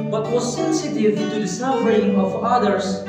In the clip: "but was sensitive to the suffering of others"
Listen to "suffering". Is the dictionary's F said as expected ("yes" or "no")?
no